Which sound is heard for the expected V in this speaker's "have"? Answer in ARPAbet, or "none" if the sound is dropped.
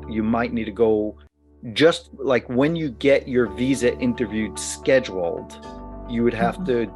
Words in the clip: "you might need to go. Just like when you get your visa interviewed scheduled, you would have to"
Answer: F